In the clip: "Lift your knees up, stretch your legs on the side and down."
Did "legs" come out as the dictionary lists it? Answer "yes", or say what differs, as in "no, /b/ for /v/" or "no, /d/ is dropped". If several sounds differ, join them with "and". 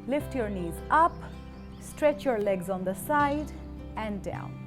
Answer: yes